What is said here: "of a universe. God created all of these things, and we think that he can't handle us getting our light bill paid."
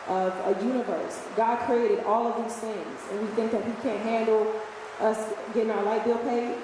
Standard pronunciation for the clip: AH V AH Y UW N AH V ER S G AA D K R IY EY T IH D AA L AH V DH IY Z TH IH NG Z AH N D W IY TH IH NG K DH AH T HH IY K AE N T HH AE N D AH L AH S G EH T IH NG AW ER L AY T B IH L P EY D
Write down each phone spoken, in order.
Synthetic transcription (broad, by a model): AH V AH Y UW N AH V ER S G AA D K R IY EY T IH D AA L AH V DH IY Z TH IH NG Z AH N W IY TH IH NG K DH AH T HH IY K AE N T HH AE N D L AH S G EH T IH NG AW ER L AY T B IH L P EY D